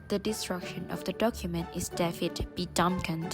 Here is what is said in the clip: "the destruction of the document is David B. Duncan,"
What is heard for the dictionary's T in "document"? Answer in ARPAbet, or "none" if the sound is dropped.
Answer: T